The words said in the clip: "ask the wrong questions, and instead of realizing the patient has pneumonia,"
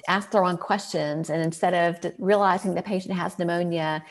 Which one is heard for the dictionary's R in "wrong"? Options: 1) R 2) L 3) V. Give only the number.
1